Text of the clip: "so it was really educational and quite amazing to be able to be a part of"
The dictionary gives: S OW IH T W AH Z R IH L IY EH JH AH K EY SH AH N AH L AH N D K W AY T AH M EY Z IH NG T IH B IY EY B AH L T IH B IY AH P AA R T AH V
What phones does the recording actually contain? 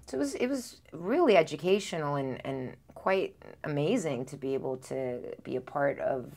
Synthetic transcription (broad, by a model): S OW IH T W AH Z R IH L IY EH JH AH K EY SH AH N L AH N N K W AY T AH M EY Z IH NG T IH B IY EY B L T IH B IY AH P AA R T AH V